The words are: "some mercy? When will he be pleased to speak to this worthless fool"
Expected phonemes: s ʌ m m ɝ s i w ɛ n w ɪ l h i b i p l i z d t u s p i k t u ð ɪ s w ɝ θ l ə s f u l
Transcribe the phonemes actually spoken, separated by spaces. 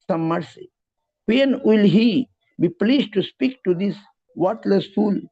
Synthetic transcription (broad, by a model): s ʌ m m ɝ s i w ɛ n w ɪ l h i b i p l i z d t u s p i k t u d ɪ s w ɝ t l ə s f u l